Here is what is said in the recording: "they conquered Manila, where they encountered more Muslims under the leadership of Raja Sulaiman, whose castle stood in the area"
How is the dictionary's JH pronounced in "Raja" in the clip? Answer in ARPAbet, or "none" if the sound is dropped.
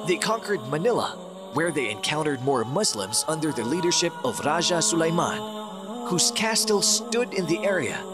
ZH